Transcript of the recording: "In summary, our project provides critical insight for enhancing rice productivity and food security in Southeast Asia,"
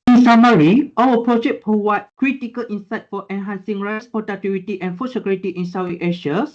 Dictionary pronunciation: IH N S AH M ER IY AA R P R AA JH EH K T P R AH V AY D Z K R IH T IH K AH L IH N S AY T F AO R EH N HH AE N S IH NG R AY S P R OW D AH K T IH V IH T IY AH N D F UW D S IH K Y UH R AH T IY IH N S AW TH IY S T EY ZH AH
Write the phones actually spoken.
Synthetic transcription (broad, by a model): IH N S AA M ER IY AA L P R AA JH EH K P R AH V AY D K R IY T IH K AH L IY N S AY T F AO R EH N HH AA N S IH NG R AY S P OW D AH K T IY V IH T IY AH N F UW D S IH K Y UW R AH T IY IH N S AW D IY T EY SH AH